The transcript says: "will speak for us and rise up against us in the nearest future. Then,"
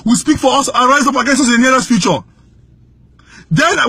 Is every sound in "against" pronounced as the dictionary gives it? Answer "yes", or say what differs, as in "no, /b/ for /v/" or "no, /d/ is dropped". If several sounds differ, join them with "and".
no, /t/ is dropped